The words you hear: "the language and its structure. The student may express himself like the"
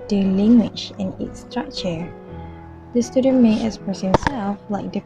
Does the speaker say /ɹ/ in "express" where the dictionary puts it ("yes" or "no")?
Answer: no